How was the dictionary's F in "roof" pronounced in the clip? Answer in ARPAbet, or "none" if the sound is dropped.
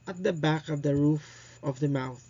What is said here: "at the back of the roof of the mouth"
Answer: F